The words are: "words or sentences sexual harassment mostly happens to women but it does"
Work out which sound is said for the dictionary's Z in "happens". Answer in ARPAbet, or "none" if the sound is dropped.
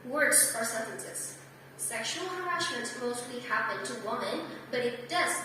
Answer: none